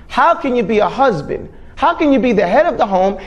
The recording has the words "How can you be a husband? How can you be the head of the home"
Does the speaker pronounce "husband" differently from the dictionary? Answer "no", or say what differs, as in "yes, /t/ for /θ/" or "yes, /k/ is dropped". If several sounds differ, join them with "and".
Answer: no